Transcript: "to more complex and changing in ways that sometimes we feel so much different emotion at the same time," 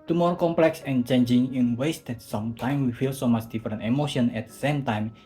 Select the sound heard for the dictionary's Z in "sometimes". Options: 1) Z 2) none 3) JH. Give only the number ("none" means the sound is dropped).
2